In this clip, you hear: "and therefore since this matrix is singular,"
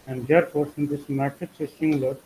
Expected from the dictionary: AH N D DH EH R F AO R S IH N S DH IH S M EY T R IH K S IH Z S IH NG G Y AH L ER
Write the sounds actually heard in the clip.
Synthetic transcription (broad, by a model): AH N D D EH R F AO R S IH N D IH S M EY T IH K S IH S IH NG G L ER